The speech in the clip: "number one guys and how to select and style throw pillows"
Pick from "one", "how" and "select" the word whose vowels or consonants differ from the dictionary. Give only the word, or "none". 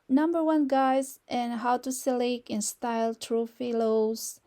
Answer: select